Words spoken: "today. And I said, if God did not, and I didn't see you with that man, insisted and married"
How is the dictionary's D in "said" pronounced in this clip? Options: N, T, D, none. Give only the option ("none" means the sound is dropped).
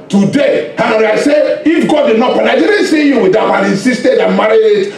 none